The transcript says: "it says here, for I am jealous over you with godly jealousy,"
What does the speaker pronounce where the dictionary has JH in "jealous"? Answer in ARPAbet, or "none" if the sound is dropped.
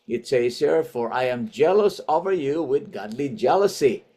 JH